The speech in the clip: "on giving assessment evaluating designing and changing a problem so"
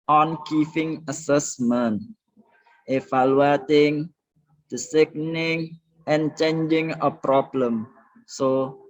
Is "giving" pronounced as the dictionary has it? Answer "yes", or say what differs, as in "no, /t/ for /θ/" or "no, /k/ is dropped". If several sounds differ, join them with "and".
no, /f/ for /v/